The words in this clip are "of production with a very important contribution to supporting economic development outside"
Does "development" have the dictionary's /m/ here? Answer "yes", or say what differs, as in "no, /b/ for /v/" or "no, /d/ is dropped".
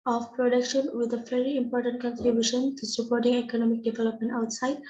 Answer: yes